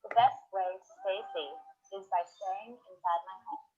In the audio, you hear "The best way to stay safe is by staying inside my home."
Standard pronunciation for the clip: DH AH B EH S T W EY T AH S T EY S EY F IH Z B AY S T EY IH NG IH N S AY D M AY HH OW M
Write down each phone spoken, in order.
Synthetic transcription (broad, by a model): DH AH B EH S T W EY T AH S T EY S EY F IH Z B AY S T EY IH NG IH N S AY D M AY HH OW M